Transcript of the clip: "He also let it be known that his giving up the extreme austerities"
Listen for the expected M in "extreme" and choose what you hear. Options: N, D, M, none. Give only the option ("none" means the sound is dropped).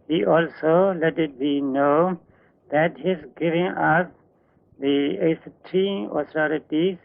none